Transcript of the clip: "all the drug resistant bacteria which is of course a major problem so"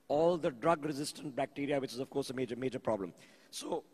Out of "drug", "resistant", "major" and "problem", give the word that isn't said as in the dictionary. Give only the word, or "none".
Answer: none